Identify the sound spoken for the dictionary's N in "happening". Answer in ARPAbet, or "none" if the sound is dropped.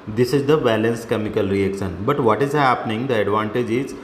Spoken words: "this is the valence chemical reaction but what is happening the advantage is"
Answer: N